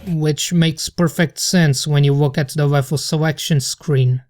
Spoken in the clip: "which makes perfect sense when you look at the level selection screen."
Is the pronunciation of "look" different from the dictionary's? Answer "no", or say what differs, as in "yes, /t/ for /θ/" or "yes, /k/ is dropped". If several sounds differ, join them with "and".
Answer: yes, /w/ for /l/